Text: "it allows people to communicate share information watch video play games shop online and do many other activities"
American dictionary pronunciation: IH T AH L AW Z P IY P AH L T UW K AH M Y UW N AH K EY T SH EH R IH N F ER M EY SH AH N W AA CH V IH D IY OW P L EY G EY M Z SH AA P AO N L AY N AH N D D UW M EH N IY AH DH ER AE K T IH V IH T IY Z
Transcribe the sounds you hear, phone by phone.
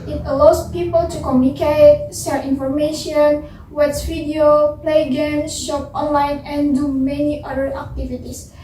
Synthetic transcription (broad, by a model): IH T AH L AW S P IY P AH L T UW K AH M Y UW N AH K EY T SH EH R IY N F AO M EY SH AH N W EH S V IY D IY OW P L EY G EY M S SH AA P AO N L AY N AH N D D UW M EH N IY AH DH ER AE K T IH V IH T IY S